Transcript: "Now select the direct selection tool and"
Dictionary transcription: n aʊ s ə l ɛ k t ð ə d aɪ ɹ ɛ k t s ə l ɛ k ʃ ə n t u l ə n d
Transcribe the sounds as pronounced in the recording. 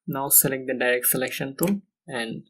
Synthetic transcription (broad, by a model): n aʊ s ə l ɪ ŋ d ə d aɪ ɹ ɛ k t s ə l ɛ k ʃ ə n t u n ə n d